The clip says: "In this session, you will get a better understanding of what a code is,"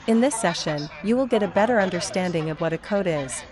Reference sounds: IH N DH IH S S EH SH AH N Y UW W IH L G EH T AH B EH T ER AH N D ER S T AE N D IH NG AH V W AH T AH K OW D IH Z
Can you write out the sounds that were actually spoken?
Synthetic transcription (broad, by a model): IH N DH IH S S EH SH AH N Y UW W IH L G EH T AH B EH T ER AH N D ER S T AE N D IH NG AH V W AH T AH K OW D IH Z